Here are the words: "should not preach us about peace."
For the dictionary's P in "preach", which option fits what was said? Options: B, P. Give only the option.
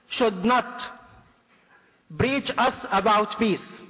B